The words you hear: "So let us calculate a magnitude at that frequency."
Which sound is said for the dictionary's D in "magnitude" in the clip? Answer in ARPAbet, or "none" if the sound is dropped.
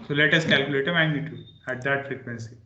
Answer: none